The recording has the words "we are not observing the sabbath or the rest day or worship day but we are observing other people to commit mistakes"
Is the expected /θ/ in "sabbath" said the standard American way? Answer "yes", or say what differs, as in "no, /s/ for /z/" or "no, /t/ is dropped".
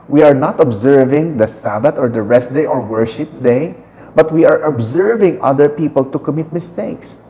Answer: no, /t/ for /θ/